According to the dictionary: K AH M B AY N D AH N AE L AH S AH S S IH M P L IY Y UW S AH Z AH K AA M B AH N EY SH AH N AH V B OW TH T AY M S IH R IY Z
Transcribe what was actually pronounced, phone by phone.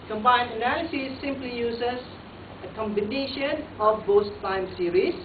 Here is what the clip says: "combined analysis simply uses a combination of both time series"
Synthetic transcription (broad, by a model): K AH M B AY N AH N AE L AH S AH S S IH M P L IY Y UW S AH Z AH K AA M B AH N EY SH AH N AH F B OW S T AY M S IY R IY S